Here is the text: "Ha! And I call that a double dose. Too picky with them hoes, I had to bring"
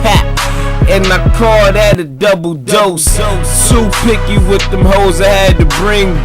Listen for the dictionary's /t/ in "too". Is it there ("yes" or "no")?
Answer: no